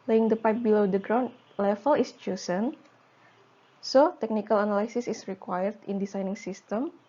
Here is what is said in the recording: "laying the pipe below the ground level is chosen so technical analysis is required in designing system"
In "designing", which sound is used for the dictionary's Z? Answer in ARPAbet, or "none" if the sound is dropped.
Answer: S